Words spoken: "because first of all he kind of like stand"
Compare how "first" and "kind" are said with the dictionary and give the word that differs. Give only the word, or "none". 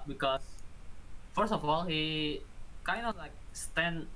first